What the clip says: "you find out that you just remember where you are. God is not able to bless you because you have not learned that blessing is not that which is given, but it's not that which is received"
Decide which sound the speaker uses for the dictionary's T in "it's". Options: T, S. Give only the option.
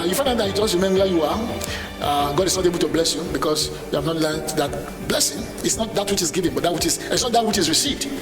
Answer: S